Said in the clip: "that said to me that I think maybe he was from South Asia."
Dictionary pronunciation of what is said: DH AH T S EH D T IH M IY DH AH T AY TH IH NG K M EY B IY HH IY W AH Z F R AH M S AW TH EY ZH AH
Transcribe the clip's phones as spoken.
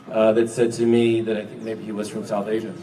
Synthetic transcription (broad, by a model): DH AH T S EH D T IH M IY DH AH T AY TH IH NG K M EY B IY HH IY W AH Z F R AH M S AW TH EY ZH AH